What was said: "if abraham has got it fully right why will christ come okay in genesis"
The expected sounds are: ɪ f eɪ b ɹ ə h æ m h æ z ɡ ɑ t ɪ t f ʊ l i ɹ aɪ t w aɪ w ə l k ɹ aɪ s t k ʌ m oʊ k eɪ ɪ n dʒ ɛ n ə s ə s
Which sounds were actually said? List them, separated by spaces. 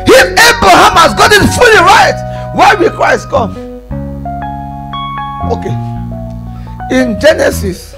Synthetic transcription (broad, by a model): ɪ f eɪ b ɹ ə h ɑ m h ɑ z ɡ ɑ t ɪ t f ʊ l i ɹ aɪ t w aɪ w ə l k ɹ aɪ s t k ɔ m oʊ k eɪ ɪ n dʒ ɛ n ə s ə s